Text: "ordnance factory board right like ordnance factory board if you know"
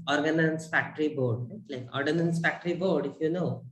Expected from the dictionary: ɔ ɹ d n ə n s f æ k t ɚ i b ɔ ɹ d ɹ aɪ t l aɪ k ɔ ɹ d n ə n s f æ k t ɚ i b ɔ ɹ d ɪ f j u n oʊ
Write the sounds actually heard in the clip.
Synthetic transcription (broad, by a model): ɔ ɹ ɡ n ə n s f æ k t ɚ i b ɔ ɹ d l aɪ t l aɪ k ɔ ɹ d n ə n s f æ k t ɚ i b ɔ ɹ d ɪ f j u n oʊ